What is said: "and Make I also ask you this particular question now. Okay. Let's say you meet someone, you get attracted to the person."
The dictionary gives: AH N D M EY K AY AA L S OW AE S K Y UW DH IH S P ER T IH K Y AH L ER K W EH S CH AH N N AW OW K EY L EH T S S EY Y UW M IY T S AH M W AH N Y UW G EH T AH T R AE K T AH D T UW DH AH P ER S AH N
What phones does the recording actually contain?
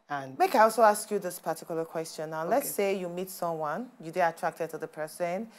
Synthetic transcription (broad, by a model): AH N M EY K AY AA L S OW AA S K Y UW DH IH S P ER T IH K Y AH L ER K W EH S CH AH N N AW L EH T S S EY Y UW M IY T S AH M W AH N Y UW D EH AH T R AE K T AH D T UW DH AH P ER S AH N